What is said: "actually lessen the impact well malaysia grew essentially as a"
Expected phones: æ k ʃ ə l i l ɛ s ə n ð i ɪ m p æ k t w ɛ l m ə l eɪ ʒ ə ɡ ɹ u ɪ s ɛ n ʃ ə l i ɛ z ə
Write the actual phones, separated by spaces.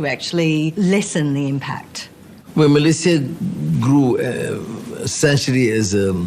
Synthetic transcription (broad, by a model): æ k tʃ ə l i l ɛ s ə n ð i ɪ m p æ k t w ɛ n m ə l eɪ s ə ɡ ɹ u ɪ s ɛ n ʃ ə l i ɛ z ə